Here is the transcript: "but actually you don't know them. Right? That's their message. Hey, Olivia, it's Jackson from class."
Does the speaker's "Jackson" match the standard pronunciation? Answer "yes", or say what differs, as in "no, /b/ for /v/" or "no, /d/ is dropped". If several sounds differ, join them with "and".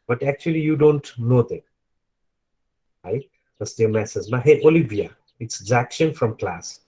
no, /z/ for /dʒ/ and /ʃ/ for /s/